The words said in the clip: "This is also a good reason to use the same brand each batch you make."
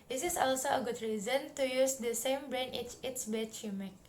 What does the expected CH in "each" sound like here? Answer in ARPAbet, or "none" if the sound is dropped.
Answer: S